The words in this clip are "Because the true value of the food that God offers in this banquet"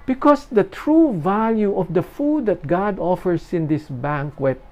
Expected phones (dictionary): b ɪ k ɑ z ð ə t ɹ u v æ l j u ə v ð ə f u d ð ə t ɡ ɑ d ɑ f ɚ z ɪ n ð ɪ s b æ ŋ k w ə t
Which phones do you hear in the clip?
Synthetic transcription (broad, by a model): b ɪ k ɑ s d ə t ɹ u v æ l j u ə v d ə f u d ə t ɡ ɑ d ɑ f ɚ s ɪ n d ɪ s b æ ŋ k w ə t